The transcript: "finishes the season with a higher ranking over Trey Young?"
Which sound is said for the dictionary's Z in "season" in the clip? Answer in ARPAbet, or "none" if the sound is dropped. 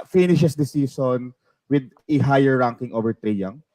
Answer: S